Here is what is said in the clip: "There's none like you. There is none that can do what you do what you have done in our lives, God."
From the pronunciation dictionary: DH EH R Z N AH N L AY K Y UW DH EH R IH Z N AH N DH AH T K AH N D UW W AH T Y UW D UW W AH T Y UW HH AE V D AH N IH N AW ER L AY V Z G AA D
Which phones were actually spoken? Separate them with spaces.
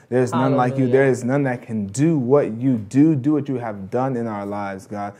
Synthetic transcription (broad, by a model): DH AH R Z N AH N L AY K Y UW DH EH R IH Z N AH N DH AH T K AH N D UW W AH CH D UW D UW W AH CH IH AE V D AH N IH N AW ER L AY V Z G AA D